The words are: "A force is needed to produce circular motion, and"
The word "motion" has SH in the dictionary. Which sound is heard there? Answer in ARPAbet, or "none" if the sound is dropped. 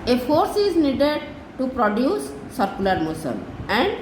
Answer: S